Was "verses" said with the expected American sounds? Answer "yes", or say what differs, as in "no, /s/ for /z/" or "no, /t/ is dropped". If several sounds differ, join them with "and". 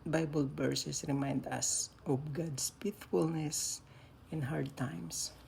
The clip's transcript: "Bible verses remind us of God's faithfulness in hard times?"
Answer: no, /s/ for /z/